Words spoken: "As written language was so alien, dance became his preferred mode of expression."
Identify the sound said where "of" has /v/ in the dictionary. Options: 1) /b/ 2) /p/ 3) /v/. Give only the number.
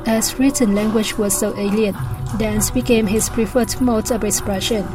1